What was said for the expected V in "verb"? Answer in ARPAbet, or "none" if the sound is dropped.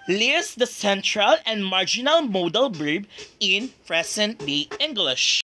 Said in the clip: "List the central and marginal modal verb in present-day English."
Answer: B